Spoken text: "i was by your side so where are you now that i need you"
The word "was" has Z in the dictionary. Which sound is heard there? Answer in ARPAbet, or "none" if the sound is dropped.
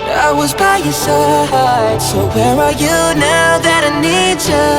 Z